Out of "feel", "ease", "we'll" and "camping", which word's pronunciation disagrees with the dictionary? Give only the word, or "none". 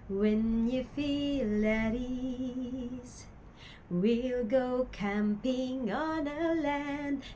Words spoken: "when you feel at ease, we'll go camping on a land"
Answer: none